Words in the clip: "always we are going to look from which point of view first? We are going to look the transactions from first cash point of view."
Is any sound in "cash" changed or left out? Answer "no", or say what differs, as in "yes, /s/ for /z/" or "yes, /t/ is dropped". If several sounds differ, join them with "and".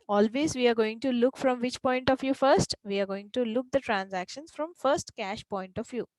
no